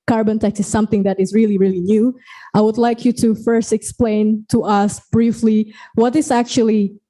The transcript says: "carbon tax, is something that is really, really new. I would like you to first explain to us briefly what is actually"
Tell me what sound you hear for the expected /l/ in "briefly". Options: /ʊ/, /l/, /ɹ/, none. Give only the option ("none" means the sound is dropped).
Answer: /l/